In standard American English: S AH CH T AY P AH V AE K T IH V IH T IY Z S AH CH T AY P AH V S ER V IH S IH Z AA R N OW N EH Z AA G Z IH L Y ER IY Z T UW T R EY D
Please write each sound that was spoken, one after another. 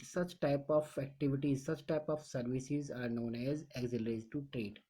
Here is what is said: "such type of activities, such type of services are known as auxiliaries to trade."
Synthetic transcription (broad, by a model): S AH CH T AY P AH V AE K T IH V IH T IY Z S AH CH T AY P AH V S ER V IH S IH Z AA R N OW N EH Z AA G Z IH L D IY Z T UW T R EY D